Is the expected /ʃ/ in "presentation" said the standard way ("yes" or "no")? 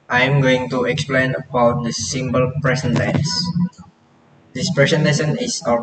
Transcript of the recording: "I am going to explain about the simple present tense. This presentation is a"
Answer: no